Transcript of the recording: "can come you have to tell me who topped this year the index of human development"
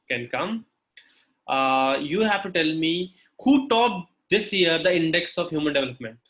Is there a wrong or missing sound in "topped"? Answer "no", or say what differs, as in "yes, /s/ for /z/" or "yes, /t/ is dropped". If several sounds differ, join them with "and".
yes, /p/ is dropped